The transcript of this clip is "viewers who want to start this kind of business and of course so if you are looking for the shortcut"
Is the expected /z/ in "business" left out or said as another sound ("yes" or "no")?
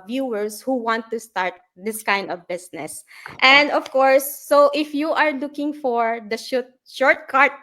yes